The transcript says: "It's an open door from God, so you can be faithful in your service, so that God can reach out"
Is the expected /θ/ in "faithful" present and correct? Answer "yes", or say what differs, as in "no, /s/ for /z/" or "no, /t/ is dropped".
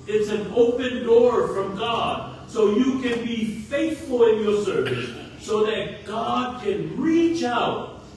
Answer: yes